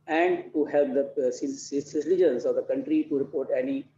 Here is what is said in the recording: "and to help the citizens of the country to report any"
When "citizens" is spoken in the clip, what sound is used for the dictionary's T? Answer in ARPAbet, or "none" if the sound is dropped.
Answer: S